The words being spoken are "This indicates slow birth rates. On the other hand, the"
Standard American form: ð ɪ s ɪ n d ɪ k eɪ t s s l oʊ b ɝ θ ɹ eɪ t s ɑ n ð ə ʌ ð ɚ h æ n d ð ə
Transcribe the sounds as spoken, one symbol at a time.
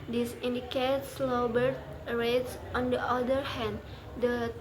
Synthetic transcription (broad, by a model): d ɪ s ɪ n d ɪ k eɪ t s s l oʊ b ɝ t ɹ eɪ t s ɑ n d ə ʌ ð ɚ h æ n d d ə